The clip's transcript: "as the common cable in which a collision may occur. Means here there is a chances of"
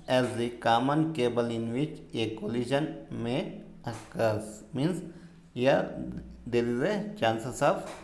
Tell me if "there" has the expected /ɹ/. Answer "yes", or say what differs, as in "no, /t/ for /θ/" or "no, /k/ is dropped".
no, /l/ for /ɹ/